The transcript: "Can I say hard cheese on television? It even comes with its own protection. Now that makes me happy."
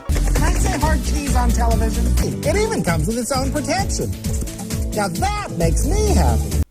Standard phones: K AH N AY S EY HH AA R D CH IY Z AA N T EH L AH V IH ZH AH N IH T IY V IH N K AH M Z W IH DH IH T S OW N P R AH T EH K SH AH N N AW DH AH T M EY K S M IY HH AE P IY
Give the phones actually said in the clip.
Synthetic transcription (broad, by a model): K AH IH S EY HH AA R D CH IY Z N T EH L AH V IH ZH AH N IH T IY V IH N K AH M Z W IH DH IH T S OW N P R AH T EH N SH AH N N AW DH AH T M EY K S M IY HH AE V